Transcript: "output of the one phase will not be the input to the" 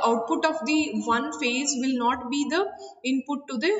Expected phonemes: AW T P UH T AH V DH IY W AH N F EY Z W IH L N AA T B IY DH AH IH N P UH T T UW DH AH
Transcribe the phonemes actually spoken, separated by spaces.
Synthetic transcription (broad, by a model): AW T P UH T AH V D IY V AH N F EY Z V IH L N AA T B IY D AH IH N P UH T T UW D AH